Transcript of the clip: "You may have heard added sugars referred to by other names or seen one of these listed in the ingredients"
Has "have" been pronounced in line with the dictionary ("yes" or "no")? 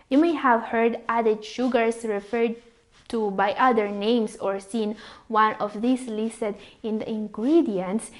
yes